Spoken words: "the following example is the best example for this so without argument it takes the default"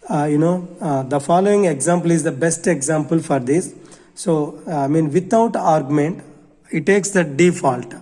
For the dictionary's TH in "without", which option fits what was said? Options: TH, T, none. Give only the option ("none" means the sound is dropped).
T